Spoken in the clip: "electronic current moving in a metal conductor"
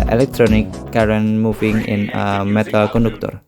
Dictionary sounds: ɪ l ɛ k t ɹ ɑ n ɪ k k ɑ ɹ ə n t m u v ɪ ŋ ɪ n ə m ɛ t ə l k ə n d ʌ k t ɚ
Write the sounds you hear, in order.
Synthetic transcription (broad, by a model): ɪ l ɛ k t ɹ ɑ n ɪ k k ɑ ɹ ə n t m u f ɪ ŋ ɪ n ə m ɛ t ə l k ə n d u k t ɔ